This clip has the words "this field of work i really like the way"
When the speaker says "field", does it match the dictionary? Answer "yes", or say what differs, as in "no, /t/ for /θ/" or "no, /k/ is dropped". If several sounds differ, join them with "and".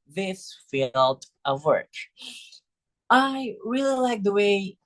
yes